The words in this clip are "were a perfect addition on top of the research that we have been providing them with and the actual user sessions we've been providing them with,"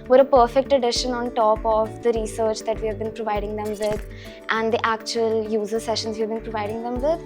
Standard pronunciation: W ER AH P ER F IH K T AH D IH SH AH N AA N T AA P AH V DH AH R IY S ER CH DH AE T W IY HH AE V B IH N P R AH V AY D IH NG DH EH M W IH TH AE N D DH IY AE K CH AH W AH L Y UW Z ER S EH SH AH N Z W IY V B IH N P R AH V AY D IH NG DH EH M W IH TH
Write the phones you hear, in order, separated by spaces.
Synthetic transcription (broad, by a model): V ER AH P ER F IH K T AH D IH SH AH N AA N T AA P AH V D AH R IY S ER CH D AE T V IY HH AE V B IH N P R AH V AY D IH NG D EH M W IH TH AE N D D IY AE K CH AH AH L Y UW Z ER S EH SH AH N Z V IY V B IH N P R AH V AY D IH NG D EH M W IH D